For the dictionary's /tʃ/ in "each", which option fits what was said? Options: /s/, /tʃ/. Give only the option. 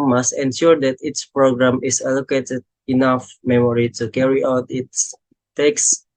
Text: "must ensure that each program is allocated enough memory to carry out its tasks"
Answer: /s/